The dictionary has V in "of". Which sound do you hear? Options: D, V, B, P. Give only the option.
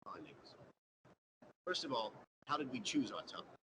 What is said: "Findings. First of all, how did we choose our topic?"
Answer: V